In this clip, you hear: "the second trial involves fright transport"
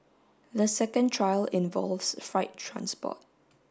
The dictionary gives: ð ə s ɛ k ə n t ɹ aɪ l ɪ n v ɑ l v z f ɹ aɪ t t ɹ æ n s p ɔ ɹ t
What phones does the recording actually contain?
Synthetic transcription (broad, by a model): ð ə s ɛ k ə n t ɹ aɪ l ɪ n v ɑ l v s f ɹ aɪ t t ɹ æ n s p ɔ t